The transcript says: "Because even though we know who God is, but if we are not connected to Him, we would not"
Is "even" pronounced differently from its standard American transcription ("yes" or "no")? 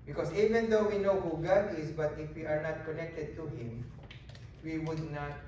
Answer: no